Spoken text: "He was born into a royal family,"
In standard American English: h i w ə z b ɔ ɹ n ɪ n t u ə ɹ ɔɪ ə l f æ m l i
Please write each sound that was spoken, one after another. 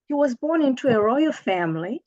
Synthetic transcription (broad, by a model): h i w ə z b ɔ ɹ n ɪ n t u ə ɹ ɔɪ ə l f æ m l i